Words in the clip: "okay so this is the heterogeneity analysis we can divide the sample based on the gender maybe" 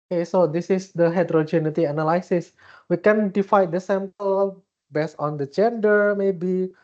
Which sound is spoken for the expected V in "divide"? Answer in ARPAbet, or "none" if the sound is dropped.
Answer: F